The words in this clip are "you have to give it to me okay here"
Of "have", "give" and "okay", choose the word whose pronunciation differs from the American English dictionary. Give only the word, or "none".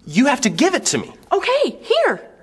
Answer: have